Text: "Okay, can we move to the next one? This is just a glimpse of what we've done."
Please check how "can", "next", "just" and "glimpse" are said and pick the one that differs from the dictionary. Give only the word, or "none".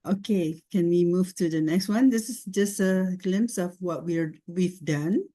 none